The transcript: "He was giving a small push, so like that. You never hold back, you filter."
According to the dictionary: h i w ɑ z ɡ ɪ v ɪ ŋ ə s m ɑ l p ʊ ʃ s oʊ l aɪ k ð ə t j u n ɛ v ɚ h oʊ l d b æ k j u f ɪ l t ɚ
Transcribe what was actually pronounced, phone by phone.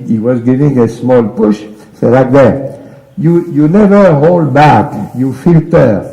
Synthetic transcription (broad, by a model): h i w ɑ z ɡ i v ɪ ŋ ə s m ɑ l p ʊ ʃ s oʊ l aɪ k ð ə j j u n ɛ v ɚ h oʊ l d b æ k j u f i l t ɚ